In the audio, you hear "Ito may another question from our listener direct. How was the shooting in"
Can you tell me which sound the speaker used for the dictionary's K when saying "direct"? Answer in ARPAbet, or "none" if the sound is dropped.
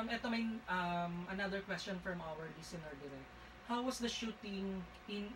none